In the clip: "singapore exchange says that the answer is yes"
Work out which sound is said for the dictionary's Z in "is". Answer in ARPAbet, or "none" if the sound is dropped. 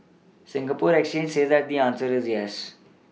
Z